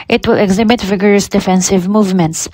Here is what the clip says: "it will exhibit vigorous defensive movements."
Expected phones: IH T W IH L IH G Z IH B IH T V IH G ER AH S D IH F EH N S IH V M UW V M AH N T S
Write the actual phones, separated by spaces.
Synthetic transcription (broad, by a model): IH T W IH L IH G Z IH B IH T V IH G ER AH S D IH F EH N S IH V M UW V M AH N T S